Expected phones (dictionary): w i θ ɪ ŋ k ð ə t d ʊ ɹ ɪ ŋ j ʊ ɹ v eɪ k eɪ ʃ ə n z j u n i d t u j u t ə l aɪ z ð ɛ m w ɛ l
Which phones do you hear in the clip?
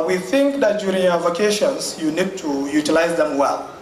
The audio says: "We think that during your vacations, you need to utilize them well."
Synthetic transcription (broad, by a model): w i θ ɪ ŋ k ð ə t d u ɹ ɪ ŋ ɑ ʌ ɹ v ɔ k eɪ ʃ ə n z j u n i d t u j u t ə l aɪ z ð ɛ m w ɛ l